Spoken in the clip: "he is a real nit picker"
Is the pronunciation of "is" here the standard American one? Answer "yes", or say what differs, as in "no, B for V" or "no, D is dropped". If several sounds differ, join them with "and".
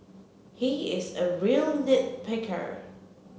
yes